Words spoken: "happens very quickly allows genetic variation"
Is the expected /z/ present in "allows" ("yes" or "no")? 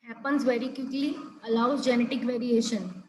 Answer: no